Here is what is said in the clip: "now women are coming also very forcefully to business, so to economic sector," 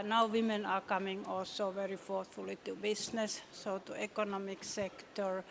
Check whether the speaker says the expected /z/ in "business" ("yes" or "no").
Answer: no